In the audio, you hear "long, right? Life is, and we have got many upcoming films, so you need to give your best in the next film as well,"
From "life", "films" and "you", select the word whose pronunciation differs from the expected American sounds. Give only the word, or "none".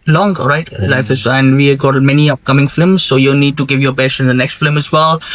films